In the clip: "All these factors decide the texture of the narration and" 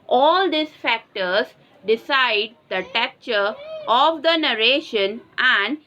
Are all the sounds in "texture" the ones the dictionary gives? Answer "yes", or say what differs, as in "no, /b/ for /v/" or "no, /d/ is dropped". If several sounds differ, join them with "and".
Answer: no, /s/ is dropped